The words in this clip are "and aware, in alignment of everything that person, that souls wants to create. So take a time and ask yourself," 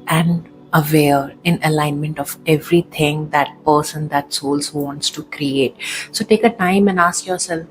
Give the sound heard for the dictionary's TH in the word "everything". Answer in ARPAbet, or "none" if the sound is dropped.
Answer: T